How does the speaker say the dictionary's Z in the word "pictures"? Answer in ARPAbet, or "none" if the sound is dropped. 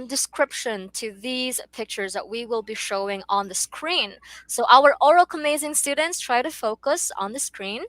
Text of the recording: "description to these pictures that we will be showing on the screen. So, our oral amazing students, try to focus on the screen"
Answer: Z